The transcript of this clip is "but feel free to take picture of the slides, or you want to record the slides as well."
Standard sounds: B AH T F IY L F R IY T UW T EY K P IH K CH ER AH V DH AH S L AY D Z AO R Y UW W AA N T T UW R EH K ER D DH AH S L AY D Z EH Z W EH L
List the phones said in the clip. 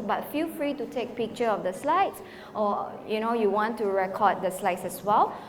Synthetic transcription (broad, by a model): B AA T F IY L F R IY T UW T EY K P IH K CH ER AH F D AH S L AY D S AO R Y UW W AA N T T UW R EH K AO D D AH S L AY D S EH S W EH L